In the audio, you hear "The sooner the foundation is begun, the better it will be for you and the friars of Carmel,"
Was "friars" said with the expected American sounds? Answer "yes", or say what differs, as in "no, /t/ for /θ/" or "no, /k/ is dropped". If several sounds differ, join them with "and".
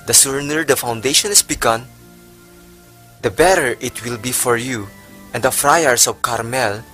no, /s/ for /z/